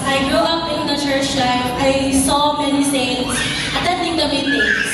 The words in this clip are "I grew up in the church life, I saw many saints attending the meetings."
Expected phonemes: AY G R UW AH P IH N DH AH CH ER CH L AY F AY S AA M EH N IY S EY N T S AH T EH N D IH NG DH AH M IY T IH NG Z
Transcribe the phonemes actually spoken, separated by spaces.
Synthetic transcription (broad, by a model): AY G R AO AH P IH N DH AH CH ER CH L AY AY S AA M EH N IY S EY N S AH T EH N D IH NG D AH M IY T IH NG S